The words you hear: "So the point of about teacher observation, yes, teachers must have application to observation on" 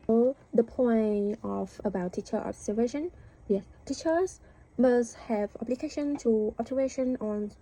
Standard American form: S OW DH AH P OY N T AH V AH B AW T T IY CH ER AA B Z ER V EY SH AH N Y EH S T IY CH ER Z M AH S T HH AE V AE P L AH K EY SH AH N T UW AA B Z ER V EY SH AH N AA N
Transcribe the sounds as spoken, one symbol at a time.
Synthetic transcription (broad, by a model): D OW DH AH P OY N AH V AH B AW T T IY CH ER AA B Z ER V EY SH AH N Y EH S T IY CH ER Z M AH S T HH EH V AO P L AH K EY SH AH N T UW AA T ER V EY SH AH N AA N